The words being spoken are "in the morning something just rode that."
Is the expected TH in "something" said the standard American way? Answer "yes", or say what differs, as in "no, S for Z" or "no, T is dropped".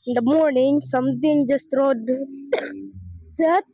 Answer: no, T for TH